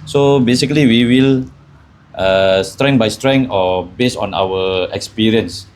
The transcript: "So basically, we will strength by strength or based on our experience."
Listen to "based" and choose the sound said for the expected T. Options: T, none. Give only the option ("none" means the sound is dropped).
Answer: none